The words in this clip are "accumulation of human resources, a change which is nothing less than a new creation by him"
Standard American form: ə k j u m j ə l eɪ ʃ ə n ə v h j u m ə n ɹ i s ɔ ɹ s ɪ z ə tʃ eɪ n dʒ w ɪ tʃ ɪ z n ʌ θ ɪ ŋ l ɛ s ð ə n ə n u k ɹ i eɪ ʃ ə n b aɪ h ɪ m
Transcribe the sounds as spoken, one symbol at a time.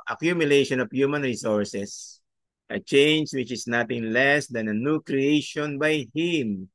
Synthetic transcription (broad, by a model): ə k j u m j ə l eɪ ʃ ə n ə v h j u m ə n ɹ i s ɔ ɹ s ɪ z ə tʃ eɪ n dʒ w ɪ tʃ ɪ s n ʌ t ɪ ŋ l ɛ s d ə n ə n u k ɹ i eɪ ʃ ə n b aɪ h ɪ m